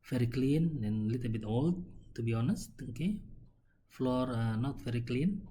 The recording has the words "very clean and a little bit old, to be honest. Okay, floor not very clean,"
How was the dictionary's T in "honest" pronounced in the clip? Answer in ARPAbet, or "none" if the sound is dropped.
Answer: T